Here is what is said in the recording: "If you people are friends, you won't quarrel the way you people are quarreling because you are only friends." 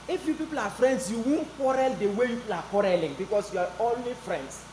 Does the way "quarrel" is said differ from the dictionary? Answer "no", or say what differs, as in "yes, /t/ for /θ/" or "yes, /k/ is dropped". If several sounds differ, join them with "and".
no